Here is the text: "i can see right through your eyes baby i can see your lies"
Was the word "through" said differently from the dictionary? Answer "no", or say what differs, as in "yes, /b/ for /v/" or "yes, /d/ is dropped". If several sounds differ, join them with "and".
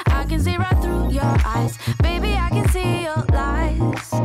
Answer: no